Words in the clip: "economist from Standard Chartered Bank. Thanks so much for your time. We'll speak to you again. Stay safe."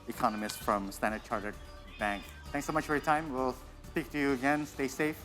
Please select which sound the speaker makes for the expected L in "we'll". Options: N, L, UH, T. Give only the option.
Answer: L